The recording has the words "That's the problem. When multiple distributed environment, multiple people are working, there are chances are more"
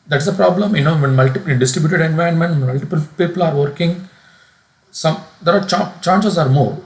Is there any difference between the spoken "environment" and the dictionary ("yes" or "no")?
yes